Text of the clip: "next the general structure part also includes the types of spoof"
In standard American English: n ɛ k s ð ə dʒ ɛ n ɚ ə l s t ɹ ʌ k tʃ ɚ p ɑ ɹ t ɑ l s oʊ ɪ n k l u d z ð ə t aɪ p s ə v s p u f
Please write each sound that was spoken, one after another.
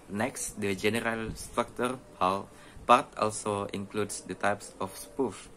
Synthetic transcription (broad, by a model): n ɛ k s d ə dʒ ɛ n ɚ ə l s t ɹ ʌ k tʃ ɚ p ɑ l t ɑ l s oʊ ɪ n k l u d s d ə t aɪ p s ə f s p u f